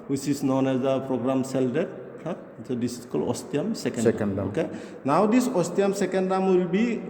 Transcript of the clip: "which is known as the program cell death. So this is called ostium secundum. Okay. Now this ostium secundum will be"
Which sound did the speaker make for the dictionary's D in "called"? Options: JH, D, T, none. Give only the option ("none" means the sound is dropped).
none